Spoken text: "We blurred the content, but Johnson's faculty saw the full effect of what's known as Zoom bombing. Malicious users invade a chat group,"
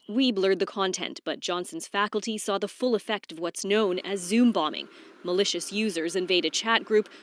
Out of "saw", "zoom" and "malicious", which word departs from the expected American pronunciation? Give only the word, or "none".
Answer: none